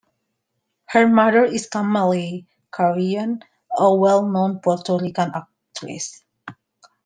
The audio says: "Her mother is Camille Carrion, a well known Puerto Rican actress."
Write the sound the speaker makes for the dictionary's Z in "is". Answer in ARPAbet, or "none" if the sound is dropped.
S